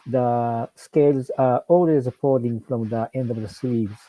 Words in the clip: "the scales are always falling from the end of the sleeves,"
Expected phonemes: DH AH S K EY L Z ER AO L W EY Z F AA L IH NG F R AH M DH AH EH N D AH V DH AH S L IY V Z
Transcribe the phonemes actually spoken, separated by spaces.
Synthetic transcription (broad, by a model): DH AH S K EY L Z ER AO L W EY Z P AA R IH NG F R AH M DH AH EH N D AH V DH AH S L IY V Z